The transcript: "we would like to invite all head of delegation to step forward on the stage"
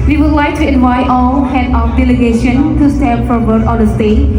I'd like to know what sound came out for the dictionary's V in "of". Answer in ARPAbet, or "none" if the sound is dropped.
F